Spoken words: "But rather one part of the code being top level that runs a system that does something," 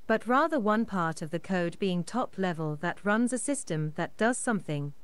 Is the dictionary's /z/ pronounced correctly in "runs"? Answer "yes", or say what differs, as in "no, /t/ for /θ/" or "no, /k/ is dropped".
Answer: yes